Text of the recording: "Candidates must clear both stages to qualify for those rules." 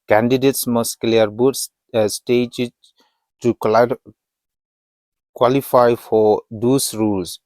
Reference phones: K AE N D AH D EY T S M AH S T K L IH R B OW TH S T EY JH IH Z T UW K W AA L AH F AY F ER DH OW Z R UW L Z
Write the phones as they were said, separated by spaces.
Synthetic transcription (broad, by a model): K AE N D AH D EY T S M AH S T K L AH R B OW S S T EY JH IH T UW K W AA L AH F AY F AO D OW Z R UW L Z